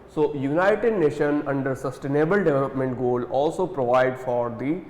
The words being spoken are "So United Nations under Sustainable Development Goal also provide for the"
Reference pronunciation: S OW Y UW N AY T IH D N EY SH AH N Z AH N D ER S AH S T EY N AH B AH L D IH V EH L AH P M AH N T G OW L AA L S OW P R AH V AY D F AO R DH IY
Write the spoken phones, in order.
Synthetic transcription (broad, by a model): S OW Y UW N AY T IH D N EY SH AH N AH N D ER S AH S T EY N AH B AH L D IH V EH L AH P M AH N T G OW L AA L S OW P R AH V AY D F AO R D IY